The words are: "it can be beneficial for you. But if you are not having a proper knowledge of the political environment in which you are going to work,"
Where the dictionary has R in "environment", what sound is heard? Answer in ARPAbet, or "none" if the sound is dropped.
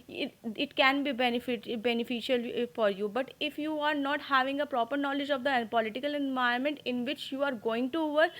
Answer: none